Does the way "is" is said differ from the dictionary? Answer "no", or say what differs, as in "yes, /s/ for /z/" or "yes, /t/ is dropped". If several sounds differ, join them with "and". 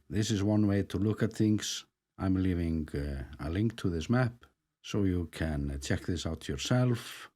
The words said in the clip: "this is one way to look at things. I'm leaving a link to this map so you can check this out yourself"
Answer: no